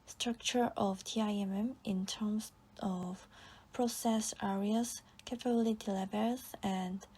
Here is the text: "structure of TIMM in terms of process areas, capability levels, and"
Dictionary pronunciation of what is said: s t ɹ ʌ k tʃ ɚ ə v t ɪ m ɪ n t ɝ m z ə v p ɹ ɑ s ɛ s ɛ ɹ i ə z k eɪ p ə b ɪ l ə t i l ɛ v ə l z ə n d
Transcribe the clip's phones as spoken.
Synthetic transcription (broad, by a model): s t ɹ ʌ k tʃ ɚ ə v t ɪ m ɪ n t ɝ m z ə v p ɹ ɑ s ɛ s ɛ ɹ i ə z k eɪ f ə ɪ l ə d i l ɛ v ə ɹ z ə n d